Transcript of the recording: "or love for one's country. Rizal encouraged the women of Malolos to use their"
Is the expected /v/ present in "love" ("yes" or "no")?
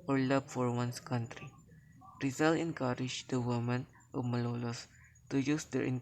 no